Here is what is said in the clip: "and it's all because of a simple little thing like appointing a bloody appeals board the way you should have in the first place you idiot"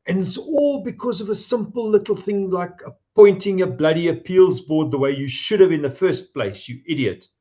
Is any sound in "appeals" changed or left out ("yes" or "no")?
no